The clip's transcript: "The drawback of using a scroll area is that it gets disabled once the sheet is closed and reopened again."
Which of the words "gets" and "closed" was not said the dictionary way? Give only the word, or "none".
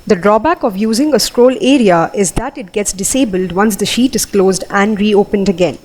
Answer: none